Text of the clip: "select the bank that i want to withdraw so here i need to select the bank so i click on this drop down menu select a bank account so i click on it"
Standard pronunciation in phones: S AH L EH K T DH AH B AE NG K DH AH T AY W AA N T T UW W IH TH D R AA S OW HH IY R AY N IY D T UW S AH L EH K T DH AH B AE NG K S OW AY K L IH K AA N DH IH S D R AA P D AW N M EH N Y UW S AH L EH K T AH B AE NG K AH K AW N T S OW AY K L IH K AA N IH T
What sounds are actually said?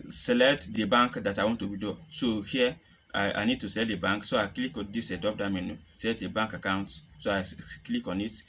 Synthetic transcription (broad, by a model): S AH L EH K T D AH B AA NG K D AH T AY W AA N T T UW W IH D AA S OW HH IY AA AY N IY D T UW S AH L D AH B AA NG K S OW AY K L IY K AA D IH S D AA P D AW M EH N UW S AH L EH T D AH B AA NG K AH K AW N T S OW AY K L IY K AA N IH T